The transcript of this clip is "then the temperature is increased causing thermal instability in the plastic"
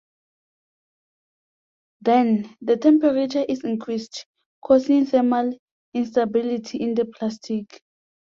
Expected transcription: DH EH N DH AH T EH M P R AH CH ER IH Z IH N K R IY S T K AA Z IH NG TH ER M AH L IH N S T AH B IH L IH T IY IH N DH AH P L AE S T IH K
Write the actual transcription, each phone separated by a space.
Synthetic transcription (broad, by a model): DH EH N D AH T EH M P R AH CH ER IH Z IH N K R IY S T K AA S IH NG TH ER M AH L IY N S T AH B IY L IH T IY IH N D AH P L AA S T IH K